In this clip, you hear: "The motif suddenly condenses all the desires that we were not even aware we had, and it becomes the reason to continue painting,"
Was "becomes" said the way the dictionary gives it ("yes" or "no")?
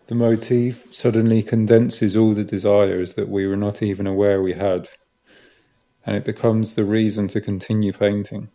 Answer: yes